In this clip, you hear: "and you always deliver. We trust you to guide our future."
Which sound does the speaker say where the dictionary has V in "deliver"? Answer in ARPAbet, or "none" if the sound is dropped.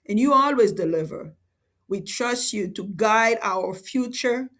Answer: V